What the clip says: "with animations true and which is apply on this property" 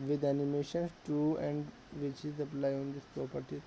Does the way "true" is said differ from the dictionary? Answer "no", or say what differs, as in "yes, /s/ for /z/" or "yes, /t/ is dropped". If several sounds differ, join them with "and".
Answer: yes, /ɹ/ is dropped